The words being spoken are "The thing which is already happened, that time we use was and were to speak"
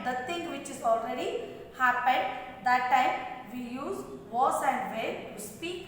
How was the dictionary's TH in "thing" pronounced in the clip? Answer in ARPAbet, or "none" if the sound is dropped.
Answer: T